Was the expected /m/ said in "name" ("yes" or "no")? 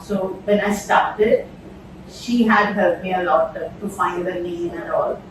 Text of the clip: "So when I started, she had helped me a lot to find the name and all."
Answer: no